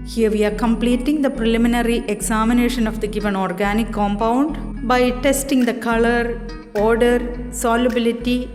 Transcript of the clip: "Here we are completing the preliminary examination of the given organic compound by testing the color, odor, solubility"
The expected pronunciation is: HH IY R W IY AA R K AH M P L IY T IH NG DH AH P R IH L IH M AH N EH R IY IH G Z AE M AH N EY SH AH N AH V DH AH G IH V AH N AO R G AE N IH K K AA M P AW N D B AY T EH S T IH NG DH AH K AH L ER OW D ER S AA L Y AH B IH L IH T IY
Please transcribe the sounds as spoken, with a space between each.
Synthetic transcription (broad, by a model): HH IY R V IY AA R K AH M P L IY T IH NG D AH P R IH L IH M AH N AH R IY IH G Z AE M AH N EY SH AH N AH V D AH G IH V AH N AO R G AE N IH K K AA M P AW N D B AY T EH S T IH NG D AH K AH L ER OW D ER S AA L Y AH B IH L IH T IY